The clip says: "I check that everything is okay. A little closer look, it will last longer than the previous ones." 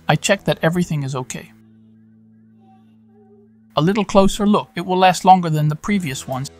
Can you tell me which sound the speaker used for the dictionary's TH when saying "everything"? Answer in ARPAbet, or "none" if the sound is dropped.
TH